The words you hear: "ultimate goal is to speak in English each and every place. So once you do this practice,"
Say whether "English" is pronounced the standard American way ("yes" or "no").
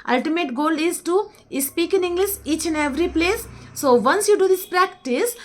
no